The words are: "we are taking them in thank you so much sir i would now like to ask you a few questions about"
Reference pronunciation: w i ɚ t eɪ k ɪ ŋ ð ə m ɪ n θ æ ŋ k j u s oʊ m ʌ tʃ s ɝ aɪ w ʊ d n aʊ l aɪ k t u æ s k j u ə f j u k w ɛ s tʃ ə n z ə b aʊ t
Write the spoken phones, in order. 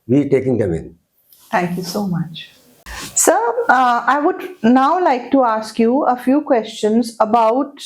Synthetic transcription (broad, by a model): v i t eɪ k ɪ ŋ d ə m ɪ n t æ ŋ k j u s oʊ m ʌ tʃ s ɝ aɪ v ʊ d n aʊ l aɪ k t u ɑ s k j u ə f j u k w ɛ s tʃ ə n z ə b aʊ t